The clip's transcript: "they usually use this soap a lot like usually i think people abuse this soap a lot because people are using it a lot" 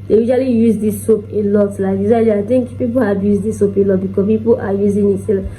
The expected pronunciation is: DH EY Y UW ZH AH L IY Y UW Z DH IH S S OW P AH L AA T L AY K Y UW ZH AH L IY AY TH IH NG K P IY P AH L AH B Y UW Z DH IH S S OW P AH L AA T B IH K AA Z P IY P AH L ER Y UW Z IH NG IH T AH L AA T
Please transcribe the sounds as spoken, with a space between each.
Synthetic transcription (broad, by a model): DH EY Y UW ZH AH L IY Y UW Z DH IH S S OW P AH L AA T L AY K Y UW Z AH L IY AY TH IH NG K P IY P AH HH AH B Y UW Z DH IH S S OW P AH L AA T B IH K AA P IY P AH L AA Y UW Z IH NG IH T AH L